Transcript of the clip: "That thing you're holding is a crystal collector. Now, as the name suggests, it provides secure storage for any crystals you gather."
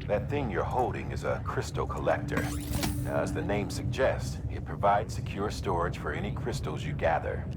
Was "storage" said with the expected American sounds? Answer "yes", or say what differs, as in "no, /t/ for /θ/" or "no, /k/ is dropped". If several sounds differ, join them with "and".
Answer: no, /ʒ/ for /dʒ/